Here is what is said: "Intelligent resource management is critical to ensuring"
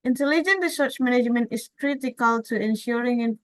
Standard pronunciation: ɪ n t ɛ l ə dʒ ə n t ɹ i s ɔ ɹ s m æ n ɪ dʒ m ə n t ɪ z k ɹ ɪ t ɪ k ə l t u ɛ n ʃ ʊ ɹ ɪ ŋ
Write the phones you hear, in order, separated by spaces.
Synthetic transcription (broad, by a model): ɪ n t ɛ l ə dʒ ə n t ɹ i s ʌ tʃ m æ n ɪ dʒ m ə n t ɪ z k ɹ ɪ t ɪ k ə l t u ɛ n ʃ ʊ ɹ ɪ ŋ